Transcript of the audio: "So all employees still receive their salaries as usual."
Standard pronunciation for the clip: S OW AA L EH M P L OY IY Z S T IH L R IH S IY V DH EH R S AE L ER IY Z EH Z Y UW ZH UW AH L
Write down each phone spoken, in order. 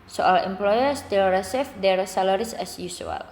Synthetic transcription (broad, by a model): S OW AA L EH M P L OY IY S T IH L R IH S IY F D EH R S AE L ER IY S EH S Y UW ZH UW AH L